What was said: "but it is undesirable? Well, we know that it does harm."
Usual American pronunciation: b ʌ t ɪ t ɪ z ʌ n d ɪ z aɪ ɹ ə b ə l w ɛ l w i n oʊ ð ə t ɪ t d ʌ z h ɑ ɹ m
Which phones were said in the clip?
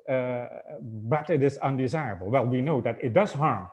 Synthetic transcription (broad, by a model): b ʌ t ɪ t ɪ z ʌ n d ɪ z aɪ ɹ ə b ə l w ɛ l w i n oʊ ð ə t ɪ t d ʌ z h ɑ ɹ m